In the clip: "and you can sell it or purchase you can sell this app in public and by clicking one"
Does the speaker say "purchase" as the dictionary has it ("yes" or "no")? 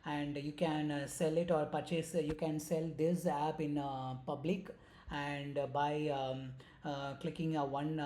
yes